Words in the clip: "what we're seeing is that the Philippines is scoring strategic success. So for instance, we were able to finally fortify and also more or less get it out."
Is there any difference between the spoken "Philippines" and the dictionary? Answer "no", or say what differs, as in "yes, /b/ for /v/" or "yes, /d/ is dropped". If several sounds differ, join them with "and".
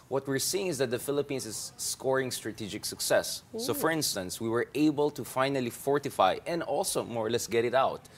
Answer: yes, /s/ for /z/